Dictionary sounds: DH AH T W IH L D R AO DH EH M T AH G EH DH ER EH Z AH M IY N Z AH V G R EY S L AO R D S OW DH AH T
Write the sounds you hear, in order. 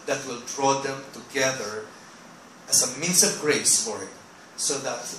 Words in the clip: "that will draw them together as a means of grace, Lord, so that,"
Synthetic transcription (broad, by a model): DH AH T W IH L D R AO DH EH M T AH G EH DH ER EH S AH M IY N S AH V G R EY S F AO R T S OW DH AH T